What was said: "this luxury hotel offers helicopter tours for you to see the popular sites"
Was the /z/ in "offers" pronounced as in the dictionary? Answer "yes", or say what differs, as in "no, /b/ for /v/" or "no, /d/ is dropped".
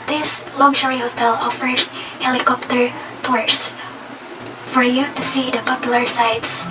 no, /s/ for /z/